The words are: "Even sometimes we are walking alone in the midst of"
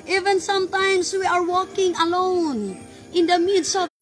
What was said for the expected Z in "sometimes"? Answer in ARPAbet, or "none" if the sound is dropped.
S